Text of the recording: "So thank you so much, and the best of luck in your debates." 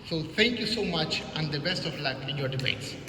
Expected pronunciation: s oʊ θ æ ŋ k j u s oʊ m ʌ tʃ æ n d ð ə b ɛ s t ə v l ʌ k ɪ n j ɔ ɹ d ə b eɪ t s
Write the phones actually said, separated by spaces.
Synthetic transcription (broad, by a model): s oʊ t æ ŋ k j u s oʊ m ʌ tʃ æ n d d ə b ɛ s t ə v l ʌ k ɪ n j ɔ ɹ d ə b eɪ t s